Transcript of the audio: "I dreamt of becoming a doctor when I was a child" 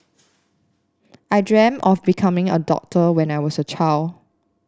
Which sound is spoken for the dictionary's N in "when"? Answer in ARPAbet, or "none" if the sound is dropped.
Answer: N